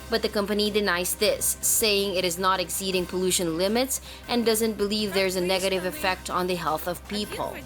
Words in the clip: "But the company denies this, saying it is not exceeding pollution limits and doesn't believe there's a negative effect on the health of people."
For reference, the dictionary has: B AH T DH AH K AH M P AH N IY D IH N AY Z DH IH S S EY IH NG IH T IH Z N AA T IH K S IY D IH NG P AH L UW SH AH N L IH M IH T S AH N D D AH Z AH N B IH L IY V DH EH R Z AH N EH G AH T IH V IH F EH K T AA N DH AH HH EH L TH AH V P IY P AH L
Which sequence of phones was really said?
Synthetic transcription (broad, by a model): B AH T DH AH K AH M P AH N IY D IH N AY Z DH IH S S EY IH NG IH T IH Z N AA T IH K S IY D IH NG P AH L UW SH AH N L IH M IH T S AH N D D AH Z AH N B IH L IY V DH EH R Z AH N EH G AH T IH V IH F EH K T N DH AH HH EH L TH AH V P IY P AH L